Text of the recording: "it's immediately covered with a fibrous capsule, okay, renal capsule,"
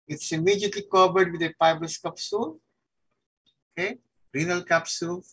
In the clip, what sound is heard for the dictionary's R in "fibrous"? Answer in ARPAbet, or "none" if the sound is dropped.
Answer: none